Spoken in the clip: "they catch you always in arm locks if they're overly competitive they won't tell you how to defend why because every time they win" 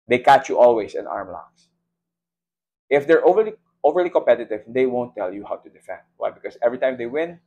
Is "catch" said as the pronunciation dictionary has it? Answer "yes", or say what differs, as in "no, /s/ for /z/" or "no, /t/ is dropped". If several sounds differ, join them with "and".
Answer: yes